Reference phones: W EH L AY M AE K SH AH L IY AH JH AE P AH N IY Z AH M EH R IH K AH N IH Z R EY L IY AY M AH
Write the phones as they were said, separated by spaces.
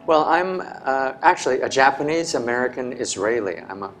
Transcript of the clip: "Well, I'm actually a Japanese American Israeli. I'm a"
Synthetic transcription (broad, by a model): W EH L AY M AE K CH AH L IY AH JH AE P AH N IY Z AH M EH R IH K AH N IH Z R EY L IY AY M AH